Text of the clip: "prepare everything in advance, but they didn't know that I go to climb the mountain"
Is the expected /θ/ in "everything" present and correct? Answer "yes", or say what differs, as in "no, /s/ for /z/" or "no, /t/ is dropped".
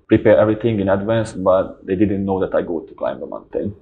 no, /t/ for /θ/